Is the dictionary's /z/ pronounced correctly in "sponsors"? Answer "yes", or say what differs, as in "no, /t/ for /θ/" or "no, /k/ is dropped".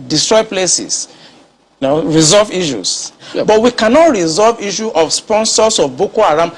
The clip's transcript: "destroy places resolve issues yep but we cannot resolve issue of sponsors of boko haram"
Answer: no, /s/ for /z/